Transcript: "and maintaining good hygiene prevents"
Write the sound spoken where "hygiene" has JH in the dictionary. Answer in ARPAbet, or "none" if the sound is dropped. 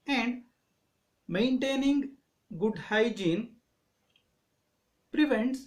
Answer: JH